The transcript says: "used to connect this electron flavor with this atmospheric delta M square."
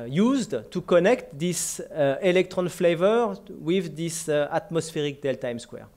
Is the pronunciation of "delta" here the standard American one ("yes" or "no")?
yes